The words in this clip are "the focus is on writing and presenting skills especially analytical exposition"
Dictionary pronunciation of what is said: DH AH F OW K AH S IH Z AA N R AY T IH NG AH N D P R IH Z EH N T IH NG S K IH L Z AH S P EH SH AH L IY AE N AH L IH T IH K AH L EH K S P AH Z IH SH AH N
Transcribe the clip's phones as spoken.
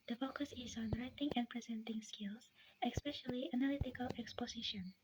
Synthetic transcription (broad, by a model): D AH F OW K AH S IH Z AA N R AY T IH NG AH N P R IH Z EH N T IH NG S K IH L S AH S P EH SH AH L IY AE N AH L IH T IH K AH L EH K S P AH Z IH SH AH N